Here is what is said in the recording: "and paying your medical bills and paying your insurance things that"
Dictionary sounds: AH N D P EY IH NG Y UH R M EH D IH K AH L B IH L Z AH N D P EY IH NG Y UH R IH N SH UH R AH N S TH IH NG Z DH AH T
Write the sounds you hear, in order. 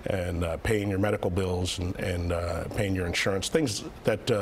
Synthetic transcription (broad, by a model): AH N P EY IH NG Y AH R M EH D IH K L B IH L Z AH N P EY IH NG Y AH R IH N SH UH R AH N S TH IH NG Z DH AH T